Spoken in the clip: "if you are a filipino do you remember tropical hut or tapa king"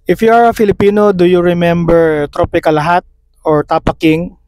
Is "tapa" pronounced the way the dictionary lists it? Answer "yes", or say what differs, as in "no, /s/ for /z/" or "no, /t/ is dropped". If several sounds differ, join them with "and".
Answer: yes